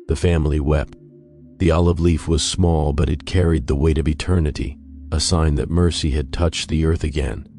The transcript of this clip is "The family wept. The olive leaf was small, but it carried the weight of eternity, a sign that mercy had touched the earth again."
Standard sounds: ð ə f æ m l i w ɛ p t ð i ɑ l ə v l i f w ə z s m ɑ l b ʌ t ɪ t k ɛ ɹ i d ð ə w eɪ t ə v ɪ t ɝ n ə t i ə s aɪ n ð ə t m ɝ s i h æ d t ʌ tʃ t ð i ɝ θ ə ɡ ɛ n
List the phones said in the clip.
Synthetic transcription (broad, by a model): ð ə f æ m l i w ɛ p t ð i ɑ l ə v l i f w ə z s m ɑ l b ʌ t ɪ t k ɛ ɹ i d ð ə w eɪ t ə v ɪ t ɝ n ə t i ə s aɪ n ð ə t m ɝ s i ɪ d t ʌ tʃ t ð i ɝ θ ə ɡ ɛ n